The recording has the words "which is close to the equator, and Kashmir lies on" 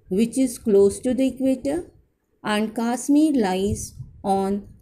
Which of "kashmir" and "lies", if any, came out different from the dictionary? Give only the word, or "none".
kashmir